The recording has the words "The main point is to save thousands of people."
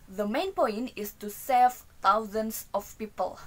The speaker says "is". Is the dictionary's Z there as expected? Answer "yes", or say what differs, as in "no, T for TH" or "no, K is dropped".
no, S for Z